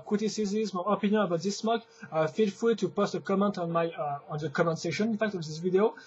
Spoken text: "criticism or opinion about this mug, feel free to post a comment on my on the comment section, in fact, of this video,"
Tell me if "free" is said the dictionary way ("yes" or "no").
no